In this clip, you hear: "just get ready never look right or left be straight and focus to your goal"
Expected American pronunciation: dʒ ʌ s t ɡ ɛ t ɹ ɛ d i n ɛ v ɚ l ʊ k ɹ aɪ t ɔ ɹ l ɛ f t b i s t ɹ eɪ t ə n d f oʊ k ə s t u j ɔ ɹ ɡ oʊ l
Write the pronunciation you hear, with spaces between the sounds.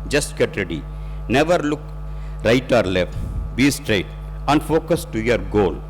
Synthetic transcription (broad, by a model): dʒ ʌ s t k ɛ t ɹ ɛ d i n ɛ v ɚ l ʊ k ɹ aɪ t ɔ ɹ l ɛ f t b i s t ɹ eɪ t ə n d f oʊ k ə s t u j ɔ ɹ ɡ oʊ l